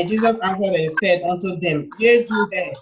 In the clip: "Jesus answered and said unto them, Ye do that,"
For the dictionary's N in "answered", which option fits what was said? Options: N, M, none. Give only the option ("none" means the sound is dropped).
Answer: none